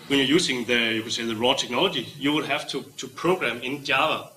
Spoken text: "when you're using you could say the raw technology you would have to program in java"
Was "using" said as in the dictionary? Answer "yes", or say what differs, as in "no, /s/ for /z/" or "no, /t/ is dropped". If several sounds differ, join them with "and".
no, /s/ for /z/